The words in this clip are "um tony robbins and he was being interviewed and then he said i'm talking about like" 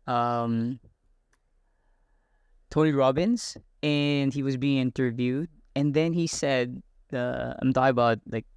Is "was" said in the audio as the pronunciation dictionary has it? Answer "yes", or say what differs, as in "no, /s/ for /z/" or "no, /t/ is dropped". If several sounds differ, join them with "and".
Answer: yes